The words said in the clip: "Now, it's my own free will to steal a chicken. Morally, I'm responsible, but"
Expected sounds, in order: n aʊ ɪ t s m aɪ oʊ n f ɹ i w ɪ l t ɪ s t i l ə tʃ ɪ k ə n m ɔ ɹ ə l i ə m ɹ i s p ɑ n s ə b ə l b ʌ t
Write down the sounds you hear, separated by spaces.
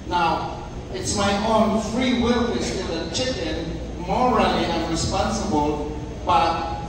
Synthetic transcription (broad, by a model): n aʊ ɪ t s m aɪ oʊ n f ɹ i w ɪ l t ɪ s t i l ə tʃ ɪ k ə n m ɔ ɹ ə l i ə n ɹ i s p ɑ n s ə b ə l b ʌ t